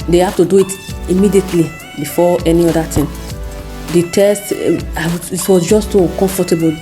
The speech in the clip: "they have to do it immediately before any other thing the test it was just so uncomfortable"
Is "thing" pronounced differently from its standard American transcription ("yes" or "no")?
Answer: yes